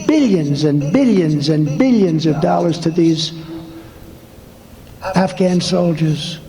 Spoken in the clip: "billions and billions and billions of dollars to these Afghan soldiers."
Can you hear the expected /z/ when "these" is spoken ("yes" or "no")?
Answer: yes